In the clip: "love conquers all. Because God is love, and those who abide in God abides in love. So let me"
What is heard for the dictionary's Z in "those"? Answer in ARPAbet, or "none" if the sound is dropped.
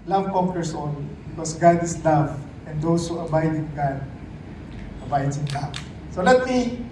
S